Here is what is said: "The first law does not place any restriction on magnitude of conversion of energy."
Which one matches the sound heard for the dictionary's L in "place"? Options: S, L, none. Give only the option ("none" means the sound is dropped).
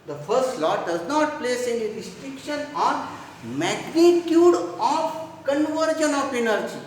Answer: L